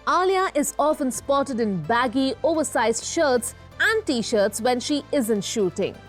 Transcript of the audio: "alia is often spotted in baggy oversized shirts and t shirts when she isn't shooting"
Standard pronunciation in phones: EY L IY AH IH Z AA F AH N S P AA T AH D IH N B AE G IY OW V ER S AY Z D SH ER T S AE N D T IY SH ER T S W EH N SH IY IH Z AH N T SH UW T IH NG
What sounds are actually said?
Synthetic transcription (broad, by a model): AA L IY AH IH Z AA F AH N S P AA T AH D IH N B AE G IY OW V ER S AY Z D SH ER T S AE N D T IY SH ER T S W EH N SH IY IH Z AH N T SH UW T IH NG